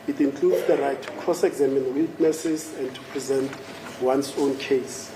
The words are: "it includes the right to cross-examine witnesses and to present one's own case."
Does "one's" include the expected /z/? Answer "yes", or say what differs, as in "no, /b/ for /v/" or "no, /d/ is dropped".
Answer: no, /s/ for /z/